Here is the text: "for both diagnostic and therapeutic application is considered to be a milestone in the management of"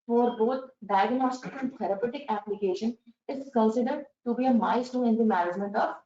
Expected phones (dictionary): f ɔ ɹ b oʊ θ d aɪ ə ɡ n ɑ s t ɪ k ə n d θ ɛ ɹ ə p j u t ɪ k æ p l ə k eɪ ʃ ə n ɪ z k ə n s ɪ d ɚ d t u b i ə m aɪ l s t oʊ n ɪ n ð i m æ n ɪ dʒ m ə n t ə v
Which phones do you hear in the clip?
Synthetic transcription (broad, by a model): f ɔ ɹ b oʊ t d aɪ ə ɡ n ɑ s t ɪ k ə n d t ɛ ɹ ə p j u t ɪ k æ p l ə k eɪ ʃ ə n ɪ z k ə n s ɪ d ɚ d t u b i ə m aɪ s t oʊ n ɪ n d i m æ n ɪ dʒ m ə n t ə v